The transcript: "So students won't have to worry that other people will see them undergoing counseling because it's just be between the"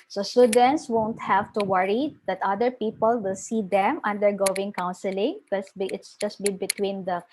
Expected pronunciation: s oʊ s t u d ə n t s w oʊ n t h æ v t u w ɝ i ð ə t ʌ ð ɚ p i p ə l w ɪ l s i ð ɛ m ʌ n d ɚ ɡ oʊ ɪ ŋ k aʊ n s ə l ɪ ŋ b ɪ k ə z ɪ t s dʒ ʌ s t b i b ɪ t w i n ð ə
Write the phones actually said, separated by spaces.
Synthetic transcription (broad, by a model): s oʊ s t u d ə n t s w oʊ n t h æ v t u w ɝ i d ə t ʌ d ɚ p i p ə l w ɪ l s i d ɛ m ʌ n d ɚ ɡ oʊ ɪ ŋ k aʊ n s ə l ɪ ŋ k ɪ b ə ɪ t s dʒ ʌ s t b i b ɪ t w i n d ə